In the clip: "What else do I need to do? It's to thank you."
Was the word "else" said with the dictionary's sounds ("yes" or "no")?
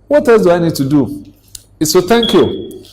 no